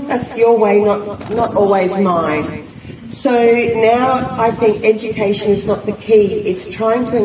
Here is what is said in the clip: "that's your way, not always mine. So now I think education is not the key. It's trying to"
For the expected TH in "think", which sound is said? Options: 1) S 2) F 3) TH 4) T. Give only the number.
3